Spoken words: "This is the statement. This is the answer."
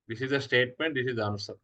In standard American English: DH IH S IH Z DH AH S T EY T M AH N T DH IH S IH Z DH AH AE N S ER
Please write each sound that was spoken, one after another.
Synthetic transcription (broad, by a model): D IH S IH Z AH S T EY T M AH N T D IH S IH Z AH N S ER